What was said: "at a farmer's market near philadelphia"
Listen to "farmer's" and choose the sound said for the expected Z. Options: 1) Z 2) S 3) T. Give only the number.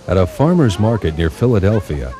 1